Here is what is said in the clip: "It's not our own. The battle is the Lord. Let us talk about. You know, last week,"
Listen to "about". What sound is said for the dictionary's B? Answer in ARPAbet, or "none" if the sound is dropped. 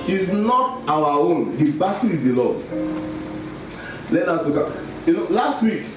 none